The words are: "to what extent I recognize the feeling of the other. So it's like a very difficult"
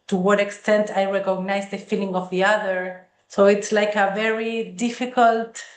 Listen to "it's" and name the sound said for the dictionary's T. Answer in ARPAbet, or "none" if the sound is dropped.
T